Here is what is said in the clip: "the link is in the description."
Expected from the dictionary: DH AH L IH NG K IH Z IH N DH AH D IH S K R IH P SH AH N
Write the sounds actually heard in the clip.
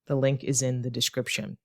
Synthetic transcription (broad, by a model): DH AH L IH NG K IH Z IH N DH AH D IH S K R IH P SH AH N